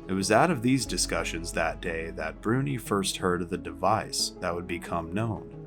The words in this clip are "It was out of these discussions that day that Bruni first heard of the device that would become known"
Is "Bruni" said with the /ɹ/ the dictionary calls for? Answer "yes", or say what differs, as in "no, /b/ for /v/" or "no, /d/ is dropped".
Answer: yes